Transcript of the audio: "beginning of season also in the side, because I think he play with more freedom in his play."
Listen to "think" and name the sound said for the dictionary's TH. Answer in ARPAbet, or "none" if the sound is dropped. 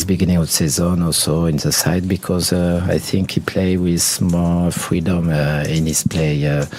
TH